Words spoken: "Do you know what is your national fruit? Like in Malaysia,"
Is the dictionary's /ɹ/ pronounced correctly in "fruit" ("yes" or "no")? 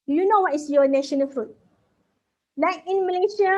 yes